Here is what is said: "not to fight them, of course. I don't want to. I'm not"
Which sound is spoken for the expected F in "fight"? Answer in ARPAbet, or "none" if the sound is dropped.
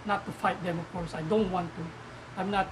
F